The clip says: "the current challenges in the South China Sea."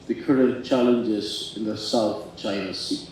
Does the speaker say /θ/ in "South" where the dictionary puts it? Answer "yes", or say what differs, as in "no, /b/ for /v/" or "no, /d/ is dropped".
yes